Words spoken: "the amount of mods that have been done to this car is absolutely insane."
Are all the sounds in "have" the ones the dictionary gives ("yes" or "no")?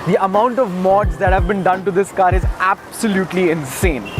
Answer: yes